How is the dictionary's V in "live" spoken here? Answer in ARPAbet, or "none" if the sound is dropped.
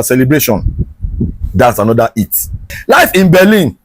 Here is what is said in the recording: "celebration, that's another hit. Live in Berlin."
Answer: F